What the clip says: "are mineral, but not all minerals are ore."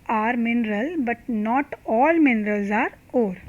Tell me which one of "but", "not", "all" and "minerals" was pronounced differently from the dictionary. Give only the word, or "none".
none